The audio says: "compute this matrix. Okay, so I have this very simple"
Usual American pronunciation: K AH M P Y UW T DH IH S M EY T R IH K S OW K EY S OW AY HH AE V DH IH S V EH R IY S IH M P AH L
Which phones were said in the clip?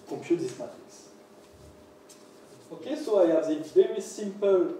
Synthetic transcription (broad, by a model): K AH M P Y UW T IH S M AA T IH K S OW K EY S OW AY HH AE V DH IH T V EH R IY S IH M P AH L